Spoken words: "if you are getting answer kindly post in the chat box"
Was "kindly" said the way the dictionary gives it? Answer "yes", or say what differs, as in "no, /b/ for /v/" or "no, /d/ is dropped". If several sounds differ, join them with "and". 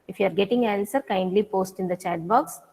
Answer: yes